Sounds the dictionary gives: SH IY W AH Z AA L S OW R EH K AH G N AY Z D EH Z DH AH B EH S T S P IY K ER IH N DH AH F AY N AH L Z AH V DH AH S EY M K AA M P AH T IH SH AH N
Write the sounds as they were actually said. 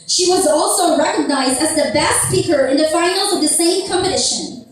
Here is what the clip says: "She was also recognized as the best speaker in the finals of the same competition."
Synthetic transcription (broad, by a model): SH IY W AH Z AA L S OW R EH K AH G N AY Z D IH Z DH AH B EH S T S P IY K ER IH N DH AH F AY N L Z AH V DH AH S EY M K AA M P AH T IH SH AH N